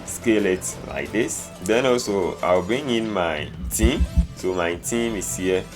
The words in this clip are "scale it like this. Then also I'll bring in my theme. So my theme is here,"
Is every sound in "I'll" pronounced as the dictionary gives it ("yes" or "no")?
no